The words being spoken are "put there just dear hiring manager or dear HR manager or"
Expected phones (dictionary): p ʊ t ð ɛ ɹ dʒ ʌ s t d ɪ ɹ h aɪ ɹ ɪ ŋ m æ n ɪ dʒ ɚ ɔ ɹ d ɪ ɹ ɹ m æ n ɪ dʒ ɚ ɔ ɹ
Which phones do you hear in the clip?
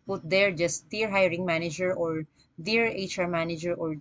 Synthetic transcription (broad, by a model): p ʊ t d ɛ ɹ dʒ ʌ s t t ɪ ɹ h aɪ ɹ ɪ ŋ m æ n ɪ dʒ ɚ ɔ ɹ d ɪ ɹ ɹ m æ n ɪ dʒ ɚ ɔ ɹ